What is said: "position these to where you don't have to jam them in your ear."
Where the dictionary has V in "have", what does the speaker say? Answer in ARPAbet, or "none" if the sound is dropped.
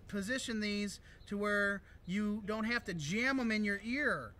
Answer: F